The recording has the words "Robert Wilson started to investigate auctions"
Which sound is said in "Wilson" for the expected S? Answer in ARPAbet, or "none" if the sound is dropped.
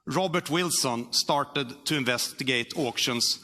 S